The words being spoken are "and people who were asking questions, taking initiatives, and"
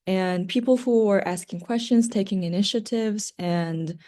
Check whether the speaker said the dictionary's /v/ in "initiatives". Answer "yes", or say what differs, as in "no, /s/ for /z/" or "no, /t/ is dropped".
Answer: yes